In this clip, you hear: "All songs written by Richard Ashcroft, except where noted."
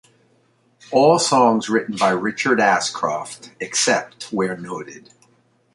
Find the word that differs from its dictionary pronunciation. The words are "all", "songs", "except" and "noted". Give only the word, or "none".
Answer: none